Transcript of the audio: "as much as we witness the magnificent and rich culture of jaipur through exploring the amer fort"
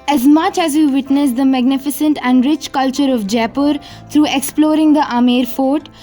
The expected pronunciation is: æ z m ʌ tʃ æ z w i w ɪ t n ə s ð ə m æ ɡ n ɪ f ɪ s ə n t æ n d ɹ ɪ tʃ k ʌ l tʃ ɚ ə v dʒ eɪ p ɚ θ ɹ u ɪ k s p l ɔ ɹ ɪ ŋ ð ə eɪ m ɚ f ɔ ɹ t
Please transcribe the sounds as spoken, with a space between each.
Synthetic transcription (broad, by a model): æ z m ʌ tʃ æ z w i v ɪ t n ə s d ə m æ ɡ n ɪ f ɪ s ə n t æ n d ɹ ɪ tʃ k ʌ l tʃ ɚ ə v dʒ eɪ p ɚ t ɹ u ɪ k s p l ɔ ɹ ɪ ŋ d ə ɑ m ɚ f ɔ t